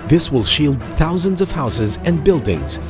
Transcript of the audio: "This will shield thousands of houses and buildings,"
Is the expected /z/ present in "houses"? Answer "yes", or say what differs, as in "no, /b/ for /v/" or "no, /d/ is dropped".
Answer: yes